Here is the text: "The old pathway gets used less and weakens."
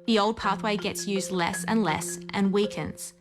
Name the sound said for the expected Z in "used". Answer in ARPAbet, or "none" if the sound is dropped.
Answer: Z